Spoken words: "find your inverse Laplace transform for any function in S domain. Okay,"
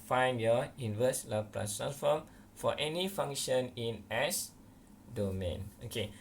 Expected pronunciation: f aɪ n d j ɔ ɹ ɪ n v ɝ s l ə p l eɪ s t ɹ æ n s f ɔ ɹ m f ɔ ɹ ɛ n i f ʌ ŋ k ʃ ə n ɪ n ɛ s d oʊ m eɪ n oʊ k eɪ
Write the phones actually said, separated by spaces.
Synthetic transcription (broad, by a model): f aɪ n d j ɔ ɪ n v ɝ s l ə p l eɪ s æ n f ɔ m f ɔ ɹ ɛ n i f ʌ ŋ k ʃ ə n ɪ n ɛ s d oʊ m eɪ n oʊ k eɪ